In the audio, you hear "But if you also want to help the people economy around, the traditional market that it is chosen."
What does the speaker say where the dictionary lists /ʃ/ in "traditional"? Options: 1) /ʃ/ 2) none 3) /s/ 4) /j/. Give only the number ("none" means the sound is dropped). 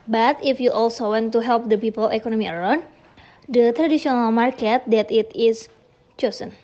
3